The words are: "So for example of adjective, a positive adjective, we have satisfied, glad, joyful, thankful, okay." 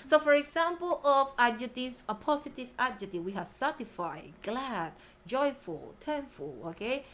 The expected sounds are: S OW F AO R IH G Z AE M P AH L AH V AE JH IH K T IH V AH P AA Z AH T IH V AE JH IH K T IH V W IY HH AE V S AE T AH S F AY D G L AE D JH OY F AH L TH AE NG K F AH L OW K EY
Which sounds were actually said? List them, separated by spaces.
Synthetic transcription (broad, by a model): S OW F AO R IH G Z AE M P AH L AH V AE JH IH T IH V AH P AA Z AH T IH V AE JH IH T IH W IY HH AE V S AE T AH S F AY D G L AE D JH OY F AH L T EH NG F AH L OW K EY